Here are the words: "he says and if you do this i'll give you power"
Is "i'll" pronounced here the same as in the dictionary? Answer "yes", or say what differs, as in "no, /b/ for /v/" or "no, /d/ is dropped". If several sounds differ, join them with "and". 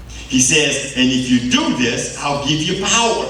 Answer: yes